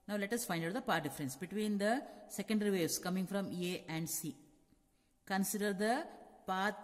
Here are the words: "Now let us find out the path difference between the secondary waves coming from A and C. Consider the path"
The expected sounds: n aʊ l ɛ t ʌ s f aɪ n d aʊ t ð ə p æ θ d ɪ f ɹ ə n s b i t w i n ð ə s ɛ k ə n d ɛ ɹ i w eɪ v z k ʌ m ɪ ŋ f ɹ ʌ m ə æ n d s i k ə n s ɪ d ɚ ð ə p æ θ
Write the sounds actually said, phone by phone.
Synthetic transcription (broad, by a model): n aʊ l ɛ t ʌ s f aɪ n d aʊ t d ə p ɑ t d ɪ f ɹ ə n s b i t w i n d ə s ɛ k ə n d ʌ ɹ i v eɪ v s k ʌ m ɪ ŋ f ɹ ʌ m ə æ n d s i k ə n s ɪ d ɚ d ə p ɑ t